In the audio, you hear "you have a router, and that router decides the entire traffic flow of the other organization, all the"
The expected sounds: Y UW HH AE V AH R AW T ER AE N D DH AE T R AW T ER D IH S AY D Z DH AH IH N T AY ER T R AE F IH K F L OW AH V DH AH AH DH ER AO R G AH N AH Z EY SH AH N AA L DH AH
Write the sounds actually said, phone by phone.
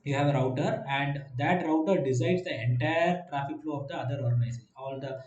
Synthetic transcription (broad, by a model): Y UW HH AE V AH R AW T ER AE N D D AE T R AW T ER D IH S AY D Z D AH IH N T AY ER T R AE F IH K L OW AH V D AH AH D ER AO R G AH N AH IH S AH AA L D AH